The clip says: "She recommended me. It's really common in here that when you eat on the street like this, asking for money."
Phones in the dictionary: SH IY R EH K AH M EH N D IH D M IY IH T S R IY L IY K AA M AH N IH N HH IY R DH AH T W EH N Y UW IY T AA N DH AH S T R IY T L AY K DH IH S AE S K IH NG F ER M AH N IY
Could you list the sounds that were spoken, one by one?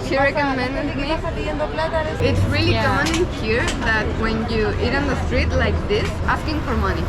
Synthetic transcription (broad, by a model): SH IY R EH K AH M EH N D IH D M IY IH T S R IY L IY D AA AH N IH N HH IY R DH AH T W EH N Y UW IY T N DH AH S T R IY T L AY K DH IH S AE S K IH NG F ER M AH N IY